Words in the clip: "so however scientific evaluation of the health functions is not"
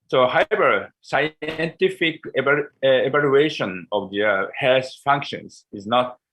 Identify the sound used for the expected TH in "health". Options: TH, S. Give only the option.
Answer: S